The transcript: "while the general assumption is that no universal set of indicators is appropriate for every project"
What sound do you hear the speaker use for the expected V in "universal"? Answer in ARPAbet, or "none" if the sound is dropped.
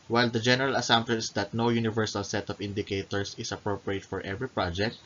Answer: V